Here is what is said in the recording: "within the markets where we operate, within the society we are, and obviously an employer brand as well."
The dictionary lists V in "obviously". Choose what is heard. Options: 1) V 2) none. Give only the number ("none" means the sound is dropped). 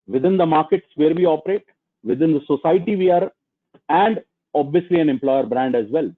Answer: 1